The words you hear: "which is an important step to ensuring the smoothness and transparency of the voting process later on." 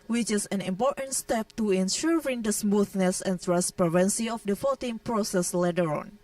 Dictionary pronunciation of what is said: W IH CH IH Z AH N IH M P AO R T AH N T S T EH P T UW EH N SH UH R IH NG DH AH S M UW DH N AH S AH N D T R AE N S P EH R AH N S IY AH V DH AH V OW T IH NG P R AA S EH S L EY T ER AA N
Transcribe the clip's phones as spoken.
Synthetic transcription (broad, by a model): W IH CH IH S AH N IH M P AO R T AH N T S T EH P T UW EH N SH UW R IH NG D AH S M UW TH N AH S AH N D T R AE N S P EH R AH N S IY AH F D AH F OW T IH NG P R AA S EH S L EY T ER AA N